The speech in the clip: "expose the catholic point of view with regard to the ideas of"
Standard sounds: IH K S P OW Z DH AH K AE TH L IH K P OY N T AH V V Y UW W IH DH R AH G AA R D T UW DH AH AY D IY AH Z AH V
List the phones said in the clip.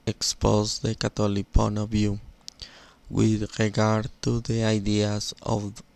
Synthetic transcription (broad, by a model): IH K S P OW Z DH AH K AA T L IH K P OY N AH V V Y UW W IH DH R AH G AA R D T UW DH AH AY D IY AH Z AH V